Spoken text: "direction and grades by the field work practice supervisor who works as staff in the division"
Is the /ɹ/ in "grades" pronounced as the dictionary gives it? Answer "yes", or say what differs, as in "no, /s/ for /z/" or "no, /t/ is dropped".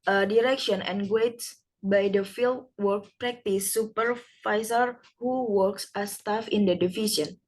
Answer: no, /w/ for /ɹ/